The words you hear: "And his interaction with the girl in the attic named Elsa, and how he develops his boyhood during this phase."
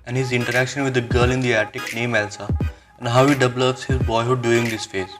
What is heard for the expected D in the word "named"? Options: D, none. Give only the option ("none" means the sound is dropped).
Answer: none